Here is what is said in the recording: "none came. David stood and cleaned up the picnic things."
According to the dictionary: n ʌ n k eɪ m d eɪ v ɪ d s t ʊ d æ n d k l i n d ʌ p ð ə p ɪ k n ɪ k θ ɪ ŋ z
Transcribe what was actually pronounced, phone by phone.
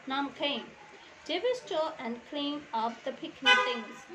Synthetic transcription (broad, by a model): n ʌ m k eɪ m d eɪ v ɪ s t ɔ æ n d k l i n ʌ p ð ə p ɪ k n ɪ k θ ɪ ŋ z